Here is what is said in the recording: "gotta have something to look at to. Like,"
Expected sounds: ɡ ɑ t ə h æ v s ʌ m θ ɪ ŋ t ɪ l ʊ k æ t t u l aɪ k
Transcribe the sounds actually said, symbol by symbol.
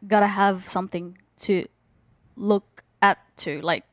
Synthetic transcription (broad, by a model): ɡ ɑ t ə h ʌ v s ʌ m θ ɪ ŋ t ɪ l ʊ k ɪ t t u l aɪ k